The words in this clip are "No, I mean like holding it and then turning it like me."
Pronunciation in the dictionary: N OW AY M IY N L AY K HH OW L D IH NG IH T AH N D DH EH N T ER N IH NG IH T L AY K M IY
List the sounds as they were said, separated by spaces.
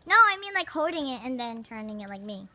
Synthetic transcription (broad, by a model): N OW AY M IY N L AY K HH OW D IH NG IH T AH N DH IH N T ER N IH NG IH T L AY K M IY